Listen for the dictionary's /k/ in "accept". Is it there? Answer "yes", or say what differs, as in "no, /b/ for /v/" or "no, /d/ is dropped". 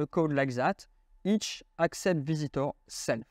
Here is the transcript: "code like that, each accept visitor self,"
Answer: yes